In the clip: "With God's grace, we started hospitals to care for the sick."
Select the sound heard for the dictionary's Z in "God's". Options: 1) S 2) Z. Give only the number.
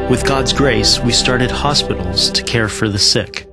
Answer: 2